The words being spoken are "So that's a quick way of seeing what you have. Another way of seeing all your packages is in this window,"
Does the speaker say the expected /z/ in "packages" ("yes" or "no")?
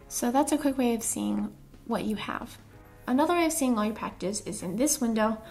no